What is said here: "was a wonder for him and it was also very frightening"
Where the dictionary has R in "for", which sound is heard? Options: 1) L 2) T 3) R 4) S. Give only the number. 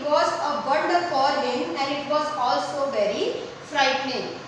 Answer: 1